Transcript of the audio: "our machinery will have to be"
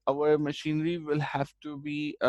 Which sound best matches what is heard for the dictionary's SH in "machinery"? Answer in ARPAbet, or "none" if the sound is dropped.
SH